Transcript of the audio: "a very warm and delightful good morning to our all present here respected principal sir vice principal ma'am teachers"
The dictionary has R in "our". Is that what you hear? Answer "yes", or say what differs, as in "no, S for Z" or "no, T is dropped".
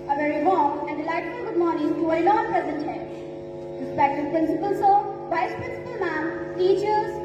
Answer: no, L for R